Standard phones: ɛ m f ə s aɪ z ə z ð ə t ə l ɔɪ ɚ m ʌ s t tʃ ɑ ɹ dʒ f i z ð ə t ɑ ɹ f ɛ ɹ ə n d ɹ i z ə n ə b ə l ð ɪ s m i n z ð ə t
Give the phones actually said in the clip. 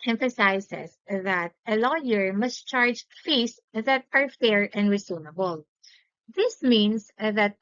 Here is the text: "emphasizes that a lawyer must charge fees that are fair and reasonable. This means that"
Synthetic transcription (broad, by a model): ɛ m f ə s aɪ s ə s ð ə t ə l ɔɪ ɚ m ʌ s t tʃ ɑ ɹ dʒ f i s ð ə t ɑ ɹ f ɛ ɹ ə n d ɹ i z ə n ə b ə l ð ɪ s m i n s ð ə t